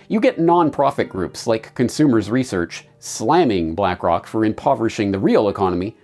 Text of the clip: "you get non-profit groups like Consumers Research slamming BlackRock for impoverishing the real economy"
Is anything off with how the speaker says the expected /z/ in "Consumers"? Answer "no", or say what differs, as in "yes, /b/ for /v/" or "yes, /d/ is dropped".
no